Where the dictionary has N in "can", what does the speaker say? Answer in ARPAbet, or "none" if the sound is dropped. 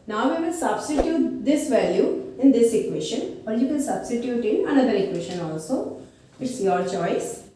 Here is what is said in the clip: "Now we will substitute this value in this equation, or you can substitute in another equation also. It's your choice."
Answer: L